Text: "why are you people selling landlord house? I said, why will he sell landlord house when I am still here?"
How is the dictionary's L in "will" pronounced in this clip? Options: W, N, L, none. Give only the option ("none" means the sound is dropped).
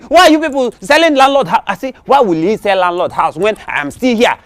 L